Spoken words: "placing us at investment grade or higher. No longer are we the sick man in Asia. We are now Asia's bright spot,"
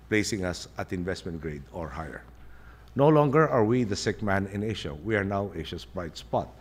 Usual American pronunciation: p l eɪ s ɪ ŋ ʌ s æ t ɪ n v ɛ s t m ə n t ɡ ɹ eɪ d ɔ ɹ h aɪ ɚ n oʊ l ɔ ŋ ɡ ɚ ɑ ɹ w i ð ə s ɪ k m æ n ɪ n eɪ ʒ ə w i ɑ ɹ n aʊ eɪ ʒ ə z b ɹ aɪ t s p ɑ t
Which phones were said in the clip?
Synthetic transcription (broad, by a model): p l eɪ s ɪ ŋ ʌ s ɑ t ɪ n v ɛ s t m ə n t ɡ ɹ eɪ d ɔ ɹ h aɪ ɚ n oʊ l ɔ ŋ ɡ ɚ ɑ ɹ w i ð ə s ɪ k m æ n ɪ n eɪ ʃ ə w i ɑ ɹ n aʊ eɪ ʃ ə s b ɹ aɪ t s p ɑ t